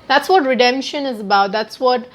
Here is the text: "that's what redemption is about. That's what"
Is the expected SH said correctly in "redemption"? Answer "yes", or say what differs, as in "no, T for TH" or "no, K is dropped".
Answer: yes